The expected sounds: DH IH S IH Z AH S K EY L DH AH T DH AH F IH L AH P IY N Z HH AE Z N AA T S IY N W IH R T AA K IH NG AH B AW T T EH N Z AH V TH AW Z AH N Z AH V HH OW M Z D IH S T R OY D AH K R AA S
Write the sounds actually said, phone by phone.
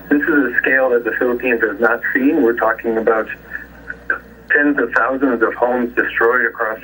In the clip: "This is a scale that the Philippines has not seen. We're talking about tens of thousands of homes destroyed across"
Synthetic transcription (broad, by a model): DH IH S IH Z AH S K EY L DH AH T DH AH F IH L AH P IY N Z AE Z N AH T S IY N W IH R T AA K IH NG AH B AW T T EH N Z AH V TH AW Z AH N Z AH V HH OW M Z D IH S T R OY D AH K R AA S